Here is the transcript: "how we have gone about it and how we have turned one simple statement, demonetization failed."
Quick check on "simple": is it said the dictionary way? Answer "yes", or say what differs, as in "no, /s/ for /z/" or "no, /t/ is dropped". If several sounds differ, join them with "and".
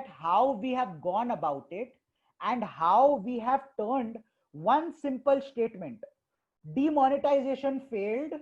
yes